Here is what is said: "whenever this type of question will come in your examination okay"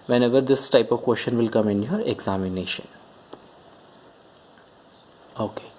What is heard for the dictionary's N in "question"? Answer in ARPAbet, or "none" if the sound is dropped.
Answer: N